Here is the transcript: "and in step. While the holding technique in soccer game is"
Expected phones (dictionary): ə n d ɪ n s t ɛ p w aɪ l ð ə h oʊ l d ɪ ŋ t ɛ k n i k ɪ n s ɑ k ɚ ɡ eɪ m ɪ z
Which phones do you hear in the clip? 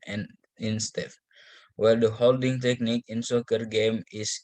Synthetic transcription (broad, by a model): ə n ɪ n s t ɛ f w aɪ l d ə h oʊ l d ɪ ŋ t ɛ k n i k ɪ n s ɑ k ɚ ɡ eɪ m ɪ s